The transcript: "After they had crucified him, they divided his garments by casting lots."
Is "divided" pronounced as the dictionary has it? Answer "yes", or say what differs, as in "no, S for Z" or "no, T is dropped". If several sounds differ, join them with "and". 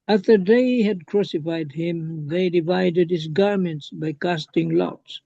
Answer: yes